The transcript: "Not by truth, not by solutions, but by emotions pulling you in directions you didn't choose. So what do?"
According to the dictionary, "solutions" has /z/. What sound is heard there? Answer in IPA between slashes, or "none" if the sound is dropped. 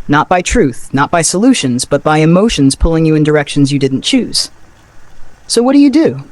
/z/